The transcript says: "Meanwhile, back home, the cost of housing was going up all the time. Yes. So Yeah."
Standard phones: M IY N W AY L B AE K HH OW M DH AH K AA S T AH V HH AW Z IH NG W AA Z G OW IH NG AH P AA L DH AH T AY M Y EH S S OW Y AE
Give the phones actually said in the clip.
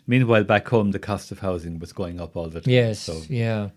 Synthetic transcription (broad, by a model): M IY N W AY L B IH K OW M DH AH K AA S T AH V HH AW Z IH NG W AA Z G OW IH NG AH P AA L DH AH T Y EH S S OW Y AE